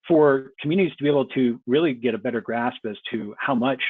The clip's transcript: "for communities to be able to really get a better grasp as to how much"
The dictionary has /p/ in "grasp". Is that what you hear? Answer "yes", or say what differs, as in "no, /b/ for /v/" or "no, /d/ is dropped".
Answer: yes